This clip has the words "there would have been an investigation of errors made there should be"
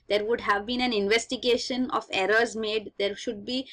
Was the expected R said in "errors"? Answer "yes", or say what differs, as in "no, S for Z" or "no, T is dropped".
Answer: yes